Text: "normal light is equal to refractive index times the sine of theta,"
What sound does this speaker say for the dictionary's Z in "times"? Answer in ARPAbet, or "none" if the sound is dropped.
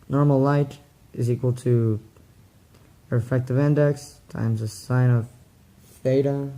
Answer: Z